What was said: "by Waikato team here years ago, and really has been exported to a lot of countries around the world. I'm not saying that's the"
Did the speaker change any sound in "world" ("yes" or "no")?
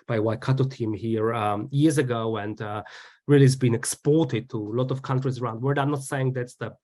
yes